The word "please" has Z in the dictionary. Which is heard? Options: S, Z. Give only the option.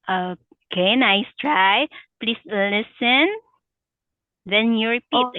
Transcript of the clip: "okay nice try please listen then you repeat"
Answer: S